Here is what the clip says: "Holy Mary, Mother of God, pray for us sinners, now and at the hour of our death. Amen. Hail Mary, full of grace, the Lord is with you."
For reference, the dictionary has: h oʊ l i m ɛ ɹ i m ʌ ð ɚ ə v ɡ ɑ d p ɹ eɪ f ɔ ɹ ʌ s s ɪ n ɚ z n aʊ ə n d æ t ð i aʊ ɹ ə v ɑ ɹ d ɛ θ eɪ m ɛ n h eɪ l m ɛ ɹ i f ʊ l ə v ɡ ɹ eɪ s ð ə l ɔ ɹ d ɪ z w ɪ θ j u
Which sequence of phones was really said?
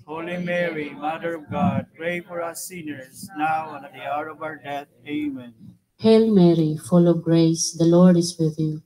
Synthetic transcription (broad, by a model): h oʊ l i m ɛ ɹ i m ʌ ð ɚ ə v ɡ ɑ d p ɹ eɪ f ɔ ɹ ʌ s s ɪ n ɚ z n aʊ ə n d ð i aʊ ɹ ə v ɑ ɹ d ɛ t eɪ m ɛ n h eɪ l m ɛ ɹ i f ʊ l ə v ɡ ɹ eɪ s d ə l ɔ ɹ d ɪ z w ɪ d j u